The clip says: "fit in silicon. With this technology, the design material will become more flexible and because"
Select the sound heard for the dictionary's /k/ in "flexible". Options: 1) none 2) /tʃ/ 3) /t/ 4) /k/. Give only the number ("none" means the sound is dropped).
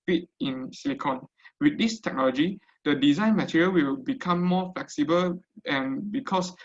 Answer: 4